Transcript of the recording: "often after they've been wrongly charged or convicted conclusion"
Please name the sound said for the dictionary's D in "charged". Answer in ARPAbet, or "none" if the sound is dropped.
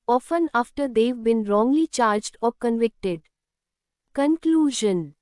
D